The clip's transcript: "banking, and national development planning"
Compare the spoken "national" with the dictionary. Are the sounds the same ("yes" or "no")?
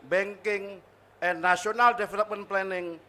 no